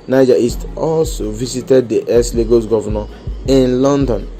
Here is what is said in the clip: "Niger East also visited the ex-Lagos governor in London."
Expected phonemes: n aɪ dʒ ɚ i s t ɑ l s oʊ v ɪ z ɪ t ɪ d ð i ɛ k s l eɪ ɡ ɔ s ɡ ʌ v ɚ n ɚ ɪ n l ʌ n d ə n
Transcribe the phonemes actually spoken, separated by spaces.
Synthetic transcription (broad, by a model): n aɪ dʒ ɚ i s t ɑ l s oʊ v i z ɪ t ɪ d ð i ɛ s l eɪ ɡ ɔ s ɡ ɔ v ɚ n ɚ ɪ n l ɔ n d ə n